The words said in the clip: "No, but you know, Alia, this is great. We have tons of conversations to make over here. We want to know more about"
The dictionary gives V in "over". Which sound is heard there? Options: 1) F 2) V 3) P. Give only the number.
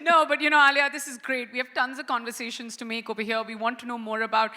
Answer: 3